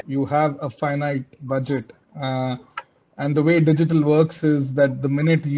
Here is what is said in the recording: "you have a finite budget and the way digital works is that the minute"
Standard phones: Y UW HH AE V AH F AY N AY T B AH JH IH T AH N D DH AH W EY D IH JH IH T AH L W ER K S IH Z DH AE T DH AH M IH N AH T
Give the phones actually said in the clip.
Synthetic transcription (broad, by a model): Y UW HH AE V AH F AY N AY T B AH JH IH T AH N D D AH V EY D IH JH IH T AH L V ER K S IH Z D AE T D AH M IH N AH T